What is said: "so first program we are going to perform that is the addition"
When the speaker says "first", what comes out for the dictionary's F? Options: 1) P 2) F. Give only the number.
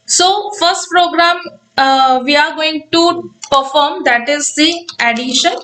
2